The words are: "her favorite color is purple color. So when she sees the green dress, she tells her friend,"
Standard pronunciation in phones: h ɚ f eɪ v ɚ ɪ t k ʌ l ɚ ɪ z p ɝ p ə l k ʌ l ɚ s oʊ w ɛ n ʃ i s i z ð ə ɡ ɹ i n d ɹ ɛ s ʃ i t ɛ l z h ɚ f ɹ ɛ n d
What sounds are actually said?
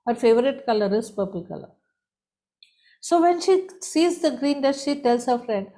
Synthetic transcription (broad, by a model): h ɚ f eɪ v ɚ ɪ t k ʌ l ɚ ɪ s p ɝ p ə l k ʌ l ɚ s oʊ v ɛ n ʃ i s i z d ə ɡ ɹ i n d ɛ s ʃ i t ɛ l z h ɚ f ɹ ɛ n d